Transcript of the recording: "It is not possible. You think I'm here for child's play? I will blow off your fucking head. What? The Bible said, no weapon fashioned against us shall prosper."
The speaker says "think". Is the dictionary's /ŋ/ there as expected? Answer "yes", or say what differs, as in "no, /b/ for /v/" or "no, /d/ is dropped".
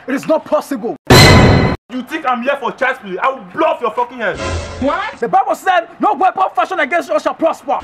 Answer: no, /ŋ/ is dropped